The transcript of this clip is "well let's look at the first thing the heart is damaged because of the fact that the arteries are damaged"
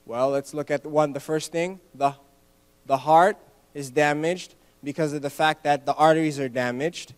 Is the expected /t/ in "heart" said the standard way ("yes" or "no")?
yes